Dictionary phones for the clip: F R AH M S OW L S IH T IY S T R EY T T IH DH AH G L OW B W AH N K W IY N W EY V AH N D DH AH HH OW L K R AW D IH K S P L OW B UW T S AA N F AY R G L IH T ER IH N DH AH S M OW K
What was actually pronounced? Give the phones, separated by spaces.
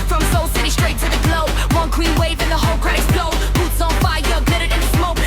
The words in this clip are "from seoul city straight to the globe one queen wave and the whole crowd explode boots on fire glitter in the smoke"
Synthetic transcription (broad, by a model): F R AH M S OW L S IH T IY S T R EY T T IH DH AH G L OW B W AH N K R IY N W EY V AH N DH AH HH OW L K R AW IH S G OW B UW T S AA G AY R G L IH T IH IH N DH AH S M OW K